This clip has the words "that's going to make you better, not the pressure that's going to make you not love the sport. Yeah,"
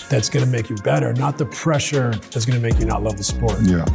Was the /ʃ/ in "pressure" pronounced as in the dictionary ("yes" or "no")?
yes